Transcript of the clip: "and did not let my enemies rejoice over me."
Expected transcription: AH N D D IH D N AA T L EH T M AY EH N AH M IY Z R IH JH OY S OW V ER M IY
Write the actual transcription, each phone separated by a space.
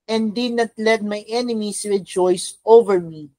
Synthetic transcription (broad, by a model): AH N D D IH D N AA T L EH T M AY EH N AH M IY S R IH JH OY S OW V ER M IY